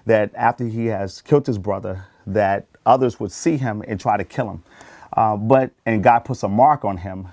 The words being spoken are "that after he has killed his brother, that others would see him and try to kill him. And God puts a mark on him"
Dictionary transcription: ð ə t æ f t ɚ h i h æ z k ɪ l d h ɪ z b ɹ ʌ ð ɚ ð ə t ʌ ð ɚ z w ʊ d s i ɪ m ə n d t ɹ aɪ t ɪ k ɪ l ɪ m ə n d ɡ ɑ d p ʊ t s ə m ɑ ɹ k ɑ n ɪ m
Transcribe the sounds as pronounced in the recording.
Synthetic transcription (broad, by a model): ð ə t æ f t ɚ i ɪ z k ɪ l d h ɪ z b ɹ ʌ ð ɚ ð ə t ʌ ð ɚ z w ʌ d s i ɪ m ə n t ɹ aɪ t ɪ k ɪ l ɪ m ə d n ɡ ɑ d p ʊ t s ə m ɑ ɹ k n ɪ m